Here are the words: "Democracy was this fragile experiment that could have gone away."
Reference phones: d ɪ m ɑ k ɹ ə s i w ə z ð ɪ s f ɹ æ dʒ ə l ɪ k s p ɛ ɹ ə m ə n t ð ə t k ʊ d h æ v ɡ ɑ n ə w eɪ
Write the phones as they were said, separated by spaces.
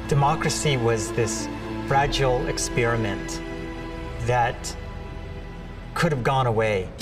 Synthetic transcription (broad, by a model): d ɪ m ɑ k ɹ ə s i w ə z ð ɪ s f ɹ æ dʒ l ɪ k s p ɛ ɹ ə m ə n ð ə t k ʊ d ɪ v ɡ ɑ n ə w eɪ